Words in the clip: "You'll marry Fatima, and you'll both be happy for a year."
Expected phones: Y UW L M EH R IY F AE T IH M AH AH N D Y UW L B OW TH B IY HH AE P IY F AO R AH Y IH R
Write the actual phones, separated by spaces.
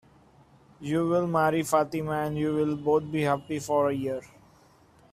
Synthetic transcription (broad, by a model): Y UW L M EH R IY F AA T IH M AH AH N D Y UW L B OW T B IY HH AE P IY F AO R AH Y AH R